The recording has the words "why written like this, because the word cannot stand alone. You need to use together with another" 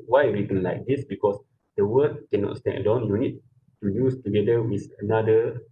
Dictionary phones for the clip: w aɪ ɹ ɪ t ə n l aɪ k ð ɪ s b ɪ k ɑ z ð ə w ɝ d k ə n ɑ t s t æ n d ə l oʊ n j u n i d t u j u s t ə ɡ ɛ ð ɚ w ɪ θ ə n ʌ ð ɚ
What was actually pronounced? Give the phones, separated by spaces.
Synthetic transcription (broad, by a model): w aɪ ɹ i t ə n l aɪ k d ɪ s b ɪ k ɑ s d ə w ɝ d k ə n ɑ t s t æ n d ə ʊ n j u n i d t u j u s t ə ɡ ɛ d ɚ w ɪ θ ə n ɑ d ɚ